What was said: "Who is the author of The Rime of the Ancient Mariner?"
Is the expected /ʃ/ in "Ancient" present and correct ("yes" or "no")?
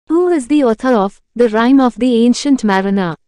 yes